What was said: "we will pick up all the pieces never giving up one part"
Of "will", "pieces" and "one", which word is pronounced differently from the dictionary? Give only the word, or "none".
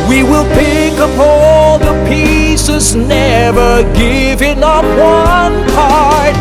none